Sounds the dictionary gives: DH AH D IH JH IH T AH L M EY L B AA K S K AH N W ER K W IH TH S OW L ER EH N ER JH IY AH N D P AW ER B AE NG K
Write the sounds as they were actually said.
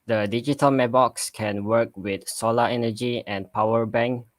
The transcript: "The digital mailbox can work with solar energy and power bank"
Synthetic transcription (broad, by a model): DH AH D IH JH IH T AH L M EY B AA K S K AH N W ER K W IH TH S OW L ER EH N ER JH IY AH N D P AW ER B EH NG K